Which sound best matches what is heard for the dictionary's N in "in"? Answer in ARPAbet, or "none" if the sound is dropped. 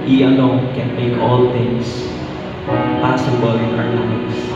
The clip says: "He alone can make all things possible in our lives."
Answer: L